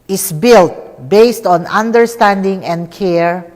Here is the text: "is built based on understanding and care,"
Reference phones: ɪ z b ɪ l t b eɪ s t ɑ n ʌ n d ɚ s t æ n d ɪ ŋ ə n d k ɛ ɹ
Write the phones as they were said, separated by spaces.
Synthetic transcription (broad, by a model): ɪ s b ɪ l t b eɪ s t ɑ n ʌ n d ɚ s t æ n d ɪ ŋ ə n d k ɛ ɹ